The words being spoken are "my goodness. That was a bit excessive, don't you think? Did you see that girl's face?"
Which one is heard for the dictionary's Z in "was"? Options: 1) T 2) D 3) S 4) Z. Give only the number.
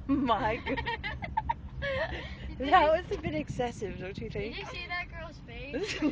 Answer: 3